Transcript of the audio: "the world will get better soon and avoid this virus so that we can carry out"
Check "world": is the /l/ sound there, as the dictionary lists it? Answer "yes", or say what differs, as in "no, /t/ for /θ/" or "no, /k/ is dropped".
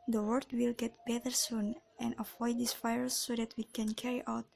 no, /l/ is dropped